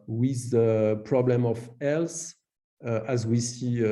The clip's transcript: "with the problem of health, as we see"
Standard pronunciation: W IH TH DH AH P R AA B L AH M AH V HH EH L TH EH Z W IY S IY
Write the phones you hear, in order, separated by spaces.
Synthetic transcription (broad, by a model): W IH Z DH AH P R AA B L AH M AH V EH L S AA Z W IY S IY